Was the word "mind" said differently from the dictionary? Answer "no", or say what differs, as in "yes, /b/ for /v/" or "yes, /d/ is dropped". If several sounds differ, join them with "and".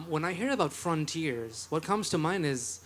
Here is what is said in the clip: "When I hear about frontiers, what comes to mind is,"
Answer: yes, /d/ is dropped